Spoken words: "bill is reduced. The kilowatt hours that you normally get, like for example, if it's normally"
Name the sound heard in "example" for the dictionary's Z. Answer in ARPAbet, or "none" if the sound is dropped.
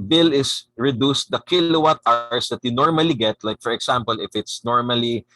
S